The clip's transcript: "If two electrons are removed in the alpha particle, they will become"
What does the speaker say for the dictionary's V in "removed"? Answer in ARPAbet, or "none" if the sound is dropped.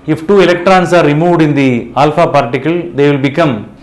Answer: none